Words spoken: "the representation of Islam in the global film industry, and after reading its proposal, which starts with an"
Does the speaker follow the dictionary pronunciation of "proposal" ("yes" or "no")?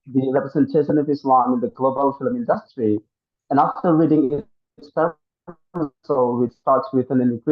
no